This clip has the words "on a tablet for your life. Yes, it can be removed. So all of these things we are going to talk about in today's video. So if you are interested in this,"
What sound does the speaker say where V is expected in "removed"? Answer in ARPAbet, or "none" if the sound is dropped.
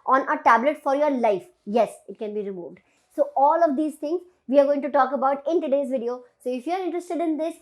V